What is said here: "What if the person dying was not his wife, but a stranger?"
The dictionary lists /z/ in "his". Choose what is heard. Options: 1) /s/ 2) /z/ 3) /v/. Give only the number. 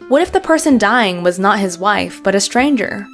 2